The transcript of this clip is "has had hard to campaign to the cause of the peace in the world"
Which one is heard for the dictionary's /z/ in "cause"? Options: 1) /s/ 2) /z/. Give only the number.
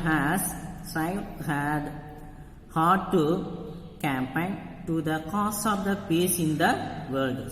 1